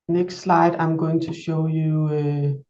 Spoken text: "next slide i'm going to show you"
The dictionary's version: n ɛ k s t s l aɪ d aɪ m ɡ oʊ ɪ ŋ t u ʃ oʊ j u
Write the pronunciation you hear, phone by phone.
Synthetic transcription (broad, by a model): n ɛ k s t s l aɪ d aɪ m ɡ oʊ ɪ ŋ t u ʃ oʊ j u